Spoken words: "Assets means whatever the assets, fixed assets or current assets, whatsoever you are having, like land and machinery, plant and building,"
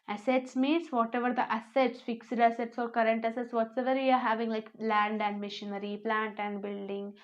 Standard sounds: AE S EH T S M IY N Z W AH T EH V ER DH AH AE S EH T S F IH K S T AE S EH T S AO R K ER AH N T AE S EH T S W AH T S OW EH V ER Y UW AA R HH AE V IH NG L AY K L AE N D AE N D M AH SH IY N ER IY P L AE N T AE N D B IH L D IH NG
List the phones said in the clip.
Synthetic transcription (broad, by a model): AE S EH T S M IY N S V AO T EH V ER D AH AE S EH T S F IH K S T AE S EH T S AO R K ER AH N T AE S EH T S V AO T S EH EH V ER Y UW AA R HH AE V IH NG L AY K L AE N D AE N D M AH SH IY N ER IY P L AE N T AE N D B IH L D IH NG